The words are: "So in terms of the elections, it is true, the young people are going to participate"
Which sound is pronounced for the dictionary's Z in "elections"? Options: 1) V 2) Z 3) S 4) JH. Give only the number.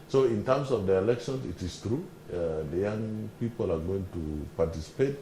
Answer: 3